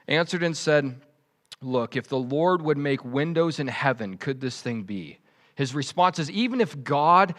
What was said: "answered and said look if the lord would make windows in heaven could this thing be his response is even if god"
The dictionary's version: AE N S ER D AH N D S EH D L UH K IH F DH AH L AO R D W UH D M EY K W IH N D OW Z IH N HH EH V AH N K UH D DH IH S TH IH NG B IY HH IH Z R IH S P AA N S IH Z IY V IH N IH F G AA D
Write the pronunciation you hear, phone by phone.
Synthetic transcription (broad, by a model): AE N S ER D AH N S EH D L UH K IH F DH AH L AO R D W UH D M EY K W IH N D OW Z IH N HH EH V AH N K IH D DH IH S TH IH NG B IY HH IH Z R IH S P AA N S IH Z IY V IH N IH F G AA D